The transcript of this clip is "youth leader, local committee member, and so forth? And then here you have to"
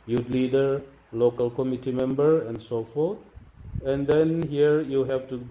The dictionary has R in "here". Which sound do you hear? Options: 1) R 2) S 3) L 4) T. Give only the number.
1